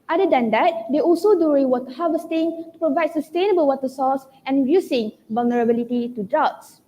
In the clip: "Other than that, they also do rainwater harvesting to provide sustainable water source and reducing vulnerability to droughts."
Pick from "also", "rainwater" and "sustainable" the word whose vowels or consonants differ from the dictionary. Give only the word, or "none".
rainwater